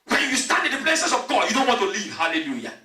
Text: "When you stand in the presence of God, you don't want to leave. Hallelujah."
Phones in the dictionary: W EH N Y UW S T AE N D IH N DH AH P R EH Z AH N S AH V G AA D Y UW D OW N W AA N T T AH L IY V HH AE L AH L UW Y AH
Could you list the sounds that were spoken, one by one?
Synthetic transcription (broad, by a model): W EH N Y UW S T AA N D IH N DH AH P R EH S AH S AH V G AA D Y UW D OW N W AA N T T AH L IY V HH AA L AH L UW Y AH